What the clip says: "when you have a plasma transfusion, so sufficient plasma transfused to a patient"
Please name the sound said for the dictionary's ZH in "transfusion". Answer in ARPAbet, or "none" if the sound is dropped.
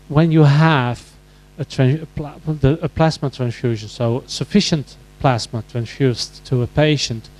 ZH